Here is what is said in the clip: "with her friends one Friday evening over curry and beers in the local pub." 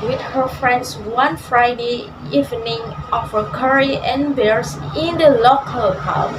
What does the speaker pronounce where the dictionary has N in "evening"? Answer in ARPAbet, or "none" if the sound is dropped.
N